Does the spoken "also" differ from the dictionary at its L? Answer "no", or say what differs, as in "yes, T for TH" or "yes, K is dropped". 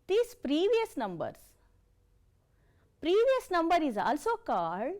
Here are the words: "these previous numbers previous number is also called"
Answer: no